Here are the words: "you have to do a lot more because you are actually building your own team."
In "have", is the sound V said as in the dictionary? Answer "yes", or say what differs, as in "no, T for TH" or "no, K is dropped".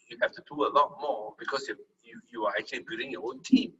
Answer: no, F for V